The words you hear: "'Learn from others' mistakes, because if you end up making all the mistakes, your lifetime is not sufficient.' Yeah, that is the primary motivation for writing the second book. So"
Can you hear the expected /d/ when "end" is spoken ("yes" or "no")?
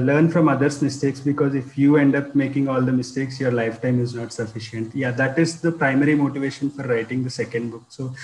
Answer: yes